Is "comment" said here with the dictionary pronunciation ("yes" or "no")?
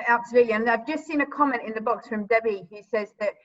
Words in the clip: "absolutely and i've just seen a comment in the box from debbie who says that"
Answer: yes